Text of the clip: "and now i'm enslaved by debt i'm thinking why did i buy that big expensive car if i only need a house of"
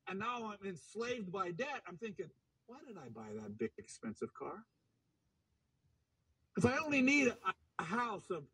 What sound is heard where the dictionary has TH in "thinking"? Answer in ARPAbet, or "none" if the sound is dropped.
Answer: TH